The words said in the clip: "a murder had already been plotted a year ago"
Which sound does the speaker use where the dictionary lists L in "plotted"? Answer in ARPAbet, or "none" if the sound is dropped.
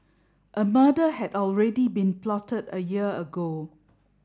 L